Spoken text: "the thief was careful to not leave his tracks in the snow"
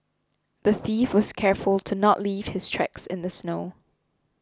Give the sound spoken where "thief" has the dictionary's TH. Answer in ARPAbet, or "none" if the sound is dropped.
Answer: TH